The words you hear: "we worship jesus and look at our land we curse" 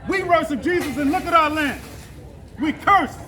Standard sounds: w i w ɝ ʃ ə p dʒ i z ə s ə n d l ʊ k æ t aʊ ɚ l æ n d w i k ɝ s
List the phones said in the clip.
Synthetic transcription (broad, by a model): w i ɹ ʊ s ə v dʒ i z ə s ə n l ʊ k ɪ t aʊ ɚ l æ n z w i k ɝ s